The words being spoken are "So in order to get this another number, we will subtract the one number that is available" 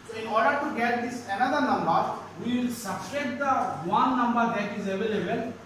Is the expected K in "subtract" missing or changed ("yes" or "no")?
yes